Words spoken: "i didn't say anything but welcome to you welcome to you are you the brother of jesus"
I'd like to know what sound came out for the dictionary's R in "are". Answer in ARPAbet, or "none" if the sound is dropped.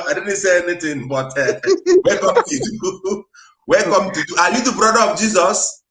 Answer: L